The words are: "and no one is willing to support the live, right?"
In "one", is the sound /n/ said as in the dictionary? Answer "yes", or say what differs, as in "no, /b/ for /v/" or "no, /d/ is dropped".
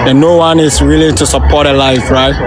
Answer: yes